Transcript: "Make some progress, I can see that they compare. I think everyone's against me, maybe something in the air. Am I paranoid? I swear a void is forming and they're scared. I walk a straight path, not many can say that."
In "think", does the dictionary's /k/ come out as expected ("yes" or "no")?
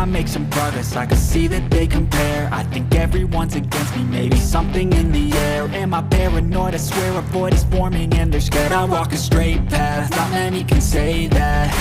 yes